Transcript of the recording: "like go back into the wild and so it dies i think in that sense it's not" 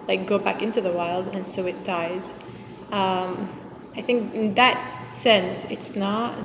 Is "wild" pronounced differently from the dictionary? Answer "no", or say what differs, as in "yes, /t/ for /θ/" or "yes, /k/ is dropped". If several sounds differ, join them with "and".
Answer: no